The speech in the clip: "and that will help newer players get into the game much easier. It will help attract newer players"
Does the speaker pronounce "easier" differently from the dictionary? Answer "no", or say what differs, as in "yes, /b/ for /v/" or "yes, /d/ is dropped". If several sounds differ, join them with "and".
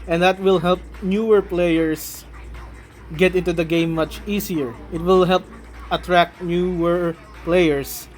yes, /s/ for /z/